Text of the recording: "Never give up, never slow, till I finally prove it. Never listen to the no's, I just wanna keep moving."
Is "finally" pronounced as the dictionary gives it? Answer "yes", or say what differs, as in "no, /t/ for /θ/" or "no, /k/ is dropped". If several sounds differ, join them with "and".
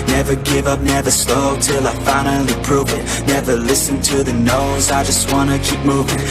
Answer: no, /l/ is dropped